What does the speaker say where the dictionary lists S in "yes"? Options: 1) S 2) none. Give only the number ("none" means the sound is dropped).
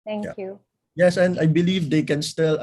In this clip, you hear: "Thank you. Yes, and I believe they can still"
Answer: 1